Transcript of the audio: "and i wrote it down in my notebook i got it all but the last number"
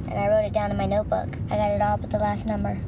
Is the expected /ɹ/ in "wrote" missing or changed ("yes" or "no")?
no